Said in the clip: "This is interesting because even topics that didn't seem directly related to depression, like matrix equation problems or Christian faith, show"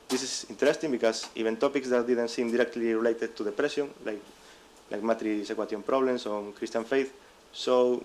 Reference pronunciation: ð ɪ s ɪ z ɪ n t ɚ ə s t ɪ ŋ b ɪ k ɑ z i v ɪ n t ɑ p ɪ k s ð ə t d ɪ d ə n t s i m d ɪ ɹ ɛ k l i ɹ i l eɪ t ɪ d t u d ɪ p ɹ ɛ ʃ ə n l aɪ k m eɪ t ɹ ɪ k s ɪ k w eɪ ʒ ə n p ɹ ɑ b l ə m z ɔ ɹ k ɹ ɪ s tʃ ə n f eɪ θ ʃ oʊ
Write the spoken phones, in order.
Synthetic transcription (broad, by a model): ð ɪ s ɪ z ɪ n t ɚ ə s t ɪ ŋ b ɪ k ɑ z i v ɪ n t ɑ p ɪ k s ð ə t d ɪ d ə n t s i m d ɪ ɹ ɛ k l i ɹ i l eɪ t ɪ d t u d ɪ p ɹ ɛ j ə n l aɪ k m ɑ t ɹ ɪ s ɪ k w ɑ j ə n p ɹ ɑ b l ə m s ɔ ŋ k ɹ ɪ s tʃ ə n f eɪ θ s oʊ